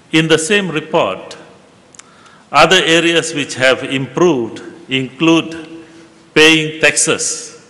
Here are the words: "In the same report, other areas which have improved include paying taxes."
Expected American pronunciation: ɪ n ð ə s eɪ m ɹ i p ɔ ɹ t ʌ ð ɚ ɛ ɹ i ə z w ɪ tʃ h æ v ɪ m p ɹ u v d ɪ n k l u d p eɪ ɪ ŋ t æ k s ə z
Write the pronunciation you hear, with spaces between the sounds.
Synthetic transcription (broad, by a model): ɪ n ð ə s eɪ m ɹ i p ɔ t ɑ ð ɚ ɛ ɹ i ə s w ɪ tʃ h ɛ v ɪ m p ɹ u v d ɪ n k l u d p eɪ ɪ ŋ t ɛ k s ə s